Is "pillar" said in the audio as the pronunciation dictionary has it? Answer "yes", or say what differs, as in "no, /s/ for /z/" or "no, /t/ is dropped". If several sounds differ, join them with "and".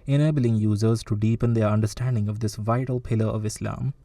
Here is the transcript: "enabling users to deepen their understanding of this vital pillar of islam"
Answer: yes